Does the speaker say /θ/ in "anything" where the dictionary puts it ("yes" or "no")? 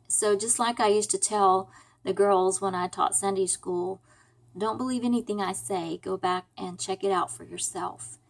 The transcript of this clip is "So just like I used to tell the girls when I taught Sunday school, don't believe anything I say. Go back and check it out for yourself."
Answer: yes